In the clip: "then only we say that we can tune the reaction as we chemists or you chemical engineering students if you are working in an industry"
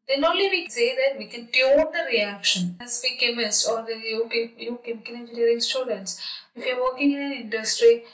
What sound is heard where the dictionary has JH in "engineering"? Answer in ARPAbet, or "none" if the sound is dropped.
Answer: none